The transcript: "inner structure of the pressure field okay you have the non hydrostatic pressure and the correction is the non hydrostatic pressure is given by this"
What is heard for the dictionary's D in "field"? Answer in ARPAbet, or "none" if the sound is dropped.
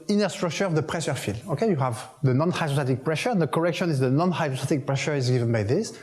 none